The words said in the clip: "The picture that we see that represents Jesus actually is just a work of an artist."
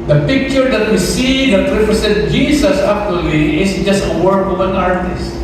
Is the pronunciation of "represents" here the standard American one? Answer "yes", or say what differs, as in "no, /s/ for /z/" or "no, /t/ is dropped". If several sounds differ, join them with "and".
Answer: no, /s/ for /z/ and /s/ is dropped